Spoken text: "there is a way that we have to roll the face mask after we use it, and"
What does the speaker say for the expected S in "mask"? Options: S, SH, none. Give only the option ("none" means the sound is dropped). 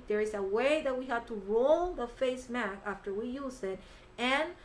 none